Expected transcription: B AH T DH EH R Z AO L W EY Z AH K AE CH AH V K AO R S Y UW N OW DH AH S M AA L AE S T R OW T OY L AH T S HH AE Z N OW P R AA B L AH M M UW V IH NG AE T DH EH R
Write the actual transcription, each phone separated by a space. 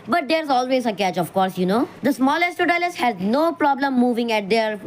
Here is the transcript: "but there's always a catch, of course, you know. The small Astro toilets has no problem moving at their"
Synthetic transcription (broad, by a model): B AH T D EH R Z AO L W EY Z AH K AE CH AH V K AO R S Y UW N OW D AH S M AA L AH S T OW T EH L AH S HH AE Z N OW P R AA B L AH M M UW V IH NG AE T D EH R